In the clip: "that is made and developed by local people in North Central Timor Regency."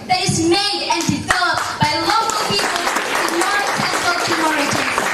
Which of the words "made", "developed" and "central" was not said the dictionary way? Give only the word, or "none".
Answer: central